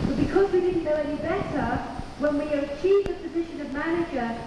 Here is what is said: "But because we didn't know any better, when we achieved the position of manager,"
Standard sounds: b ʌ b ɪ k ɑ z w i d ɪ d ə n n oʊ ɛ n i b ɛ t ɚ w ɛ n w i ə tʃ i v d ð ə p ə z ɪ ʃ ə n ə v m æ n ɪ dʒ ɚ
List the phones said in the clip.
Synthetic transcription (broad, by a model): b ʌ b ɪ k ɑ z w i d ɪ d n n oʊ ɛ n i b ɛ t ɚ w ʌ n w i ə tʃ i v ð ə p ə z ɪ ʃ ə n ə v m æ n ɪ dʒ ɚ